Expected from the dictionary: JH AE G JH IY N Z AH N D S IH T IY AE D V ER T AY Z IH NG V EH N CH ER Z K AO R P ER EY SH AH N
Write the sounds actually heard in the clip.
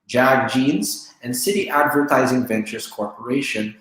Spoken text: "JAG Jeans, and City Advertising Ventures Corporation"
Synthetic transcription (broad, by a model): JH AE G JH IY N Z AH N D S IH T IY AE D V ER T AY Z IH NG V EH N CH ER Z K AO R P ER EY SH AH N